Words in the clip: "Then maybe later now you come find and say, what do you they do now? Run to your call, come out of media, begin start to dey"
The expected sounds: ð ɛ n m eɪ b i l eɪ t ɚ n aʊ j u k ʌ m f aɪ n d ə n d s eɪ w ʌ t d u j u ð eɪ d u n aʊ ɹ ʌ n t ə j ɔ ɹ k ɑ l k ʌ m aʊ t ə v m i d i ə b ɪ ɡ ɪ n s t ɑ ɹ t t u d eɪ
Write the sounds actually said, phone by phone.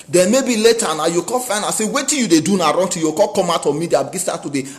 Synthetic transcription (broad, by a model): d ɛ n m eɪ b i l eɪ t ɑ n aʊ j u k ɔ f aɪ n ə s eɪ w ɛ t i j u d eɪ d u n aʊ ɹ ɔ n t ə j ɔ k ɑ l k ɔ m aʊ t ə m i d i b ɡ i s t ɑ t t u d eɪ